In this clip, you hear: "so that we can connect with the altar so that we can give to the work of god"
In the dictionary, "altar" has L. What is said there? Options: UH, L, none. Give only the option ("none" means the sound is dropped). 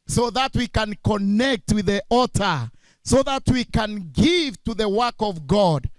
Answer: none